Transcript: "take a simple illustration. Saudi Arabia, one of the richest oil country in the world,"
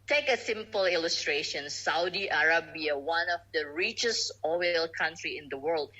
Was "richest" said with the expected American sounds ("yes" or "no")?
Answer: no